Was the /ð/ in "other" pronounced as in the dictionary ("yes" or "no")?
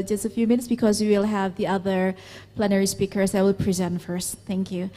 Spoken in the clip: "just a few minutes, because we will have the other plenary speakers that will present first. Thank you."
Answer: yes